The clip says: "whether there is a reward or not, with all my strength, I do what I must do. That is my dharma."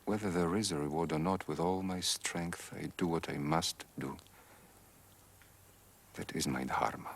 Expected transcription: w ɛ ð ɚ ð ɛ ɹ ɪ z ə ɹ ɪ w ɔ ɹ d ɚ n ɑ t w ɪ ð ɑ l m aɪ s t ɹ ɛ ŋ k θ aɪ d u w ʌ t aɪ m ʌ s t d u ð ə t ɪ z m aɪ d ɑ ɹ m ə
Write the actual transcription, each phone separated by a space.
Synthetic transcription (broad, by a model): w ɛ ð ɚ ð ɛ ɹ ɪ z ə ɹ ɪ w ɔ ɹ d ɚ n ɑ t w ɪ ð ɑ l m aɪ s t ɹ ɛ ŋ k θ aɪ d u w ʌ t aɪ m ʌ s t d u ð ə t ɪ z m aɪ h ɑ ɹ m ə